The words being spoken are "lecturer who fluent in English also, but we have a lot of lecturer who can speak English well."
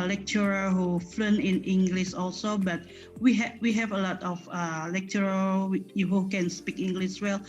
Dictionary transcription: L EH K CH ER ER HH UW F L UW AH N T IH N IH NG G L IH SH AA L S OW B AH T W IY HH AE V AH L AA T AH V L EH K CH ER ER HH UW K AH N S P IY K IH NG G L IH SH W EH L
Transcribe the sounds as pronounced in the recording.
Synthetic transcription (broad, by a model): L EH K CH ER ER HH UW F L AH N IH N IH NG G L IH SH AA L S OW B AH T W IY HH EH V AH L AA T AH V L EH K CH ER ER HH UW K AH N S P IY K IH NG G L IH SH W EH L